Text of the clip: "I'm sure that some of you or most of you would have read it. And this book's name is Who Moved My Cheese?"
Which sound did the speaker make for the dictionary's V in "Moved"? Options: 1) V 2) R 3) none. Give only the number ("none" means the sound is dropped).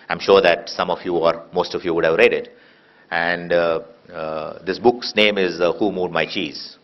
3